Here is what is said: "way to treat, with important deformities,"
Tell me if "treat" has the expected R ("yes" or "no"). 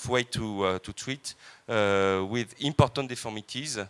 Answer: no